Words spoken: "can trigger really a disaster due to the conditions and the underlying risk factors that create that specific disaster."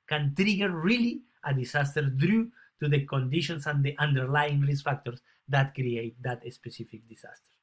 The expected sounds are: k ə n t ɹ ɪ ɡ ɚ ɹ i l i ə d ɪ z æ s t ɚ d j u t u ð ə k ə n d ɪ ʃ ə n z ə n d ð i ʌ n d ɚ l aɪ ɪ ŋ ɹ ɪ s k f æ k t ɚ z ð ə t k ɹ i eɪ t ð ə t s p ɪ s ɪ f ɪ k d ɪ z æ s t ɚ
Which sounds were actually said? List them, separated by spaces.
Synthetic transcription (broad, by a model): k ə n t ɹ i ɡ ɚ ɹ i l i ə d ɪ s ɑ s t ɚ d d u t u ð ə k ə n d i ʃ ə n s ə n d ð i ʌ n d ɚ l aɪ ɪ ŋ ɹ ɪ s f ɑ k t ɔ s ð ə t k ɹ i eɪ t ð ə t s p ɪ s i f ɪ k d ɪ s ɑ s t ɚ